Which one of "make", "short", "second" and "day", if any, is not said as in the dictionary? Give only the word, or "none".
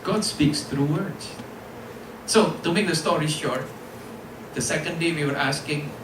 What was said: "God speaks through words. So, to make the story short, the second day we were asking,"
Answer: none